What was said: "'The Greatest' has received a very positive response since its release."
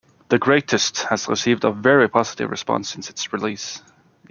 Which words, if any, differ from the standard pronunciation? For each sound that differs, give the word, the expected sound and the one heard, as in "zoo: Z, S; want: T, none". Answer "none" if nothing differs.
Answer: none